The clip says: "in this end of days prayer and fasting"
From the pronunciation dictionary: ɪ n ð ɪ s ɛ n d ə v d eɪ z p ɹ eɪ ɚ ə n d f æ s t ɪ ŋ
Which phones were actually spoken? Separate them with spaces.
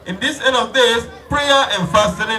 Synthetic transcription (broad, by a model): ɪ n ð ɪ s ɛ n ə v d eɪ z p ɹ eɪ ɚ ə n f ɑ s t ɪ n